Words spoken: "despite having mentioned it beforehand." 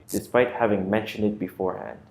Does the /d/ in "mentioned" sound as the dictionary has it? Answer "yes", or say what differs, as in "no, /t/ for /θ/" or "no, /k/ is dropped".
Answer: yes